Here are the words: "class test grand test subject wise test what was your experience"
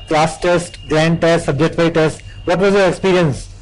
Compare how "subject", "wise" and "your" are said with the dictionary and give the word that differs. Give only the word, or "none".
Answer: wise